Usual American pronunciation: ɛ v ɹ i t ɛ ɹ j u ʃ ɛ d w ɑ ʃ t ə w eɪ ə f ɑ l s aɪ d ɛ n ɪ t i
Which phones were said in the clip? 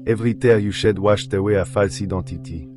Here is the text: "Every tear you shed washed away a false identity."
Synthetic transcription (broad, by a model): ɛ v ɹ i t ɛ ɹ j u ʃ ɛ d w ɑ ʃ t ə w eɪ ə f ɑ l s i d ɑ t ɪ t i